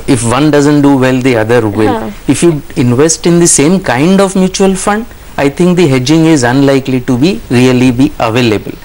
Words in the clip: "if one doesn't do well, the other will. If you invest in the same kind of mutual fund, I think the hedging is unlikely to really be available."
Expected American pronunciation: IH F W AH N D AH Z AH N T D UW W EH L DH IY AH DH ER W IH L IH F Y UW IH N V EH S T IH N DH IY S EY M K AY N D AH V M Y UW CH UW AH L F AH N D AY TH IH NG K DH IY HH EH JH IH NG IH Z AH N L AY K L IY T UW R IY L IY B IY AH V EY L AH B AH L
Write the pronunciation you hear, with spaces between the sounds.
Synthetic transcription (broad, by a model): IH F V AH N D AH Z AH N T D UW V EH L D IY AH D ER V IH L IH F Y UW IH N V EH S T IH N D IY S EY M K AY N D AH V M Y UW CH UW AH L F AH N D AY T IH NG K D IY HH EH JH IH NG IH Z AH N L AY K L IY T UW R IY L IY B IY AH V EY L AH B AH L